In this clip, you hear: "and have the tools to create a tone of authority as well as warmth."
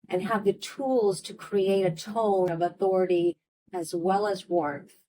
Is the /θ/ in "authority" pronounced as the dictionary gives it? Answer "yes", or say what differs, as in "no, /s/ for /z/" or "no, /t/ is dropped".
yes